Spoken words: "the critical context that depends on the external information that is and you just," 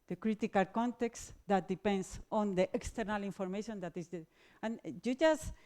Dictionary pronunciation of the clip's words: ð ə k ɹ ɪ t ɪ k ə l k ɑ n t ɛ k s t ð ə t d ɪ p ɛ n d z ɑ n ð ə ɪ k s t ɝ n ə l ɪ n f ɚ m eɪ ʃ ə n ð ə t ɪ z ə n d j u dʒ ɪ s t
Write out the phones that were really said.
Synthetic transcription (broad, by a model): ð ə k ɹ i t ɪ k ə l k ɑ n t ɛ k s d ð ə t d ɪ p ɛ n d s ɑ n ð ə ɪ k s t ɝ n ə l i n f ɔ m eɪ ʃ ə n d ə t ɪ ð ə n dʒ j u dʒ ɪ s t